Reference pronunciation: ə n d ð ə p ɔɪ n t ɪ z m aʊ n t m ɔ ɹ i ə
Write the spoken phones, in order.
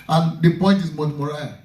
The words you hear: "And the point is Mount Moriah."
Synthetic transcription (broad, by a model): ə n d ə p ɔɪ n t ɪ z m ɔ t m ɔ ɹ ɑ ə